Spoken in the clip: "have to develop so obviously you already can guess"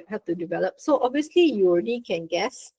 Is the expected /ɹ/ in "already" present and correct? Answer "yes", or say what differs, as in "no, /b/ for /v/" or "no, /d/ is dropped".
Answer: yes